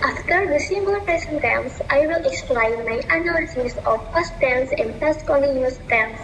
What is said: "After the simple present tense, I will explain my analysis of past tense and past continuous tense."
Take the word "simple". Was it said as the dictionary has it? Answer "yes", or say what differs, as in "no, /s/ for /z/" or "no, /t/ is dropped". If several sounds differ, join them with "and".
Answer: no, /b/ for /p/